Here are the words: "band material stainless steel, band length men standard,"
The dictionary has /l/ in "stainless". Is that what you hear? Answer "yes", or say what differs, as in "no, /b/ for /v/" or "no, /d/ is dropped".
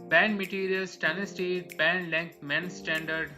no, /l/ is dropped